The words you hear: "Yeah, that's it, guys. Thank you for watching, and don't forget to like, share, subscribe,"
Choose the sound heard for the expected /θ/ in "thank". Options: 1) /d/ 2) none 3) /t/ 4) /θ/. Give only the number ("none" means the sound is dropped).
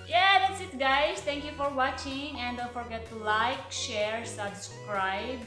3